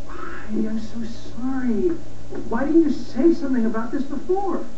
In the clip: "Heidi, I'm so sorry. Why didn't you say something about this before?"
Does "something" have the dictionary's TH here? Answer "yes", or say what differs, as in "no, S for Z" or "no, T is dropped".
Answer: yes